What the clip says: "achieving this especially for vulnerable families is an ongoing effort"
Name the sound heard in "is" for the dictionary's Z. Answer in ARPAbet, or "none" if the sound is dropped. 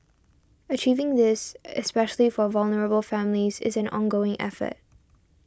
Z